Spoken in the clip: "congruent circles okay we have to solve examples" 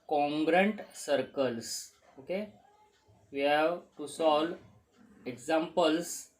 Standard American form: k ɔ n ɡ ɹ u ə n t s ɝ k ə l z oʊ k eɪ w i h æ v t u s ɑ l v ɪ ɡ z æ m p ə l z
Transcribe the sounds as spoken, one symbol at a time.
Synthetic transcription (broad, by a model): k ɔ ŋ ɡ ɹ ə n t s ɝ k ə l s oʊ k eɪ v i h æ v t u s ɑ l ɪ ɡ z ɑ m p ə l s